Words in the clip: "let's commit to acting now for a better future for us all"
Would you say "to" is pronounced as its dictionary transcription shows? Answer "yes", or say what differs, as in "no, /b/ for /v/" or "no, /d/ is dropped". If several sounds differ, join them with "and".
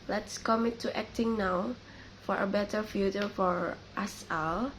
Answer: yes